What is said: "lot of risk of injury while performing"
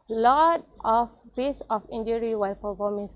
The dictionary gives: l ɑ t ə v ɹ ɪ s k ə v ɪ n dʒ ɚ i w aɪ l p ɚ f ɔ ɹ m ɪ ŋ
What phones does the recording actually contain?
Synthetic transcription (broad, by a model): l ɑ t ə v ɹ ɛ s ə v ɪ n dʒ ɚ i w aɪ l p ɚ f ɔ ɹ m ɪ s